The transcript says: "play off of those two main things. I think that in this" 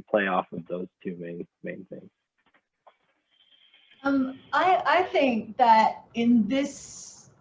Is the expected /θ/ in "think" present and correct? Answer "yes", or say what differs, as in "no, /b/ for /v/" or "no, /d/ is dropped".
yes